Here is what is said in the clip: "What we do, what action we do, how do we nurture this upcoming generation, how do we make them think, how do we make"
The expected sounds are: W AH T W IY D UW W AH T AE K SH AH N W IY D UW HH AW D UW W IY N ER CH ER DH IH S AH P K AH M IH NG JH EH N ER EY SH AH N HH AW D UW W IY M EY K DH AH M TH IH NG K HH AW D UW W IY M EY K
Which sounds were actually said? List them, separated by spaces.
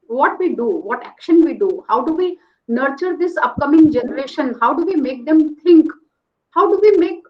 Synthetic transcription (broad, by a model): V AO T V IY D UW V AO T AE K SH AH N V IY D UW HH AW D UW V IY N ER CH ER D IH S AH P K AH M IH NG JH EH N ER EY SH AH N HH AW D UW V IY M EY K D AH M T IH NG K HH AW D UW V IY M EY K